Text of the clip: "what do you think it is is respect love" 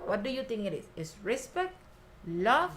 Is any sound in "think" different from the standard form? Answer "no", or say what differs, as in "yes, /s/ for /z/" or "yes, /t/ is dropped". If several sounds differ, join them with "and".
yes, /t/ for /θ/